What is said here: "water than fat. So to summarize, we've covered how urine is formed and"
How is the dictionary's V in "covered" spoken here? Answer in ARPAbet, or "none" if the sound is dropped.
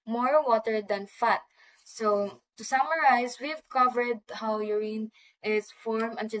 V